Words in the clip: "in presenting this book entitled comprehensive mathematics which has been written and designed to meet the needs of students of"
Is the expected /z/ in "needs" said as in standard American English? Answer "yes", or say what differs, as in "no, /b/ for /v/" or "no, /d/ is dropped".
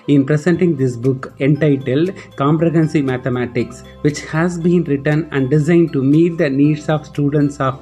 no, /s/ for /z/